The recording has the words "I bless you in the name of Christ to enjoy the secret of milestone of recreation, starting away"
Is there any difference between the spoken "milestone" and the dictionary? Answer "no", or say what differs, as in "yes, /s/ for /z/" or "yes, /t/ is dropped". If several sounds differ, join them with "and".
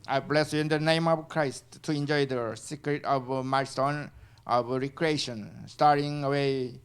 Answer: yes, /l/ is dropped